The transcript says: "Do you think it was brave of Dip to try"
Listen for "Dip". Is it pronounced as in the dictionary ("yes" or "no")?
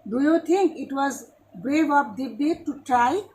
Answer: no